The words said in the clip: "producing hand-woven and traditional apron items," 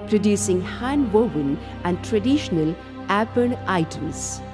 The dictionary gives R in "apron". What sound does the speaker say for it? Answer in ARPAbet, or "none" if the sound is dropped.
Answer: none